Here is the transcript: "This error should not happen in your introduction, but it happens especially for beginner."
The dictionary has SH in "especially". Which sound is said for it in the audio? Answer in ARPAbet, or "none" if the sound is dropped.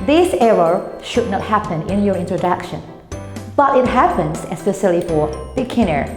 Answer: S